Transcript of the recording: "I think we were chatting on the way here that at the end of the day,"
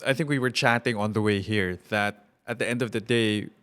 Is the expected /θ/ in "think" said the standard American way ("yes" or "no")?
yes